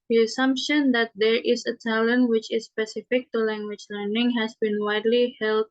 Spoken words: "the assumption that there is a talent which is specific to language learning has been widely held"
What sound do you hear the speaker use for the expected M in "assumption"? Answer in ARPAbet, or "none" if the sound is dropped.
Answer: M